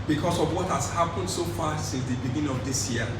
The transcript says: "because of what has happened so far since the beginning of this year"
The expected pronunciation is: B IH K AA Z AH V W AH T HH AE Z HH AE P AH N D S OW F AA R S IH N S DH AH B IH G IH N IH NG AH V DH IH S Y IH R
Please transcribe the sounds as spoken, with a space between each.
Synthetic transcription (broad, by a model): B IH K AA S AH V W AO T HH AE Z HH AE P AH N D S OW F AA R S IH N S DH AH B IH G IH N IH NG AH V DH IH S Y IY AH